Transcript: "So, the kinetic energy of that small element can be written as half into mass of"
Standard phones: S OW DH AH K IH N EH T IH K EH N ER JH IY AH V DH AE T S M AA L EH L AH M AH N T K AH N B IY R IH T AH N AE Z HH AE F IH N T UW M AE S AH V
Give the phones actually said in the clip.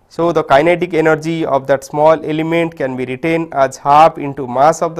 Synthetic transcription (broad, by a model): S OW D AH K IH N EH T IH K EH N ER JH IY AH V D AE T S M AA L EH L AH M AH N T K AH N B IY R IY T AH N AE Z HH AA P IH N T UW M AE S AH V